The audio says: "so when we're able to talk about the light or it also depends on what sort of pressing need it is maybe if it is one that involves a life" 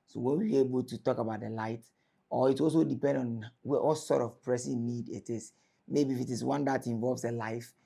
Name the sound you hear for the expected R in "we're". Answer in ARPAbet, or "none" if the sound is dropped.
W